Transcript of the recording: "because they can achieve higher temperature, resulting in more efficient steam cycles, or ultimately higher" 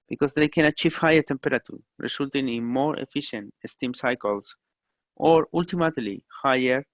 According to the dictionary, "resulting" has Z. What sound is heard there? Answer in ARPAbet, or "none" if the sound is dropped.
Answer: S